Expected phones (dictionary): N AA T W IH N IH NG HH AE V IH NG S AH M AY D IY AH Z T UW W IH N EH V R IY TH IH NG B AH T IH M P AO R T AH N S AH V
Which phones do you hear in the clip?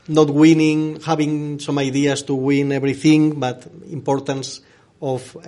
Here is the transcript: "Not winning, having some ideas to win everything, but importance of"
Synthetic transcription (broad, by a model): N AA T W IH N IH NG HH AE B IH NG S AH M AY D IY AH S T UW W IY N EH B R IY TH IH NG B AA T IH M P AO R T AH N S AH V